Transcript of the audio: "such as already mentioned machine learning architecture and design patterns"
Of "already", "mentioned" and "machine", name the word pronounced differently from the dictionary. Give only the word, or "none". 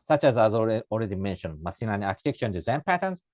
machine